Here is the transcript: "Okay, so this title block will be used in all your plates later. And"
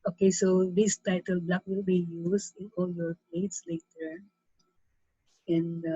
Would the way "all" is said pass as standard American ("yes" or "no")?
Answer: yes